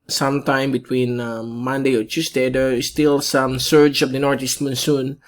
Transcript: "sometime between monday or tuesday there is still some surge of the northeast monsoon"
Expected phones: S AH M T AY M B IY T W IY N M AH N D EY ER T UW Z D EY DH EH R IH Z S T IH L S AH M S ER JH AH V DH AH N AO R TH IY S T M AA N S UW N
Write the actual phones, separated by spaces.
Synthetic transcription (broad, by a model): S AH M T AY M B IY T W IY N M AH N D EY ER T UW S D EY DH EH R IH S T IH L S AH M S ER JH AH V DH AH N AO R T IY S T M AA N S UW N